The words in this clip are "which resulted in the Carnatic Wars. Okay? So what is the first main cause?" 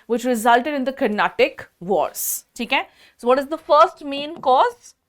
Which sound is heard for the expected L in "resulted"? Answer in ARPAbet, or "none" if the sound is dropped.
L